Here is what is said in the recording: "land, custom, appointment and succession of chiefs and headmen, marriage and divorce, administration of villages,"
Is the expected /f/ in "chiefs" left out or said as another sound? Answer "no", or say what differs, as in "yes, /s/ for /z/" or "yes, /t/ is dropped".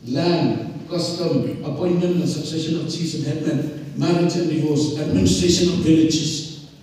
yes, /f/ is dropped